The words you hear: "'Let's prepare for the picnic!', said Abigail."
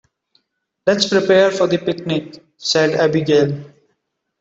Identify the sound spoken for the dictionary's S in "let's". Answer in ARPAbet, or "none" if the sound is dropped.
S